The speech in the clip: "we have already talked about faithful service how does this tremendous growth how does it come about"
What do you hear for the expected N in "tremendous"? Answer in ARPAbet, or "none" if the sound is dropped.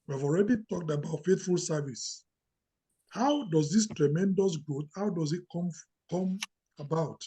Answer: N